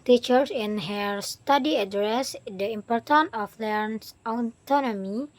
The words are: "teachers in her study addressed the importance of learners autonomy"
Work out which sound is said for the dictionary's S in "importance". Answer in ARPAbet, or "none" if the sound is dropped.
none